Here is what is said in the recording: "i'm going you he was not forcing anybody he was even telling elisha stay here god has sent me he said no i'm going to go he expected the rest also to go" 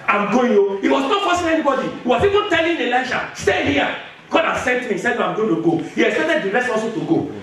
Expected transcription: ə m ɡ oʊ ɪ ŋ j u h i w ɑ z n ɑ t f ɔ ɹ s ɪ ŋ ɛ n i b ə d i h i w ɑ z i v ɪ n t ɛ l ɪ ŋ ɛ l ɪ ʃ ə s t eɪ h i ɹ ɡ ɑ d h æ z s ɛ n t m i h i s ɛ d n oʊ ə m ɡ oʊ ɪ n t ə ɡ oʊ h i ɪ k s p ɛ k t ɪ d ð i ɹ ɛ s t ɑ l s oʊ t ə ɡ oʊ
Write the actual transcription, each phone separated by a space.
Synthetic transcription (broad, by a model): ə m ɡ oʊ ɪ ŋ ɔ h i w ɑ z n ɑ t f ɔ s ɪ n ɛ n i b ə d i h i w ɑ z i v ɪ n t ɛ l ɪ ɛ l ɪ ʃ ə s t eɪ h i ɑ ɡ ɑ d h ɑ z s ɛ n t m i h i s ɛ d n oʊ ə m ɡ oʊ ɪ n t ə ɡ oʊ h i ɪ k s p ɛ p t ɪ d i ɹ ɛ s ɑ s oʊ t ə ɡ oʊ